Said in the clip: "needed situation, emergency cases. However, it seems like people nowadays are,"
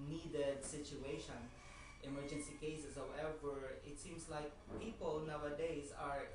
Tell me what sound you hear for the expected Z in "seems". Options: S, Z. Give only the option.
S